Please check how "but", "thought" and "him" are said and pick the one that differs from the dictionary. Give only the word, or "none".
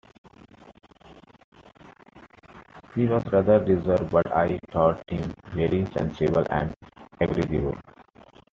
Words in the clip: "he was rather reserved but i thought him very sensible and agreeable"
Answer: thought